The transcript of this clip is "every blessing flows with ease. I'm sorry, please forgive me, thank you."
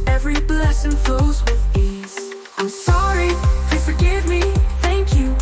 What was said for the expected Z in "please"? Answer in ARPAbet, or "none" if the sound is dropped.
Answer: none